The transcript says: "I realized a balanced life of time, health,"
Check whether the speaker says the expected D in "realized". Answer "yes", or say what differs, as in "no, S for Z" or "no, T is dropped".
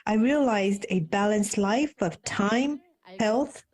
yes